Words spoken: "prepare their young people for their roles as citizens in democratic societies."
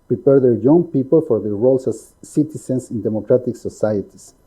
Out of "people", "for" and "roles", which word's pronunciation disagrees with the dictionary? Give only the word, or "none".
roles